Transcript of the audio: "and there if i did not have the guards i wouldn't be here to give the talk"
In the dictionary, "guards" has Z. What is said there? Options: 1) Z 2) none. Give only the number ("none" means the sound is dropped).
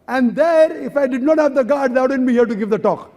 2